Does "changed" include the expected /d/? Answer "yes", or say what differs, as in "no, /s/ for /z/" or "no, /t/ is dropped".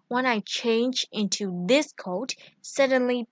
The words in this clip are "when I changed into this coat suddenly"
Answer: no, /d/ is dropped